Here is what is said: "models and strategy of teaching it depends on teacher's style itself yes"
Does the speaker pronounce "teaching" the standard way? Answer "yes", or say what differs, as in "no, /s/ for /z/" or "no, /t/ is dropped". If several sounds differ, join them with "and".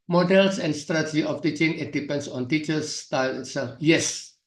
yes